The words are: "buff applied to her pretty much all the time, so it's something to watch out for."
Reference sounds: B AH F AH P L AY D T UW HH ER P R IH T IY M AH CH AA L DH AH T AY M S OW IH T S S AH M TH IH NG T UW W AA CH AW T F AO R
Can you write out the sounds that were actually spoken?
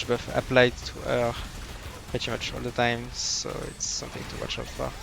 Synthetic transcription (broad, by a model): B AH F AH P L AY D T UW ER P R IH T IY M AH CH AA L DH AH T AY M S OW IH T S S AH M TH IH NG T UW W AA CH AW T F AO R